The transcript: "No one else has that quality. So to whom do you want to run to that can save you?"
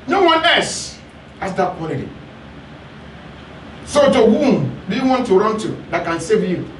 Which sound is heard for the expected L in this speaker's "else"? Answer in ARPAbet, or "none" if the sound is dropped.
none